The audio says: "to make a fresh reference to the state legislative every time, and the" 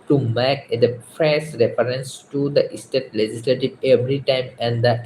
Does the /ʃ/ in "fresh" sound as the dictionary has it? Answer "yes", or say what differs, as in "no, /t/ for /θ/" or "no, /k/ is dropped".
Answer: no, /s/ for /ʃ/